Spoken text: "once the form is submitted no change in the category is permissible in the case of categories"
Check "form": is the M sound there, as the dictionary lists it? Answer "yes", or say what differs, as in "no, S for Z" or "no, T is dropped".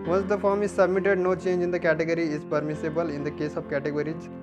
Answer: yes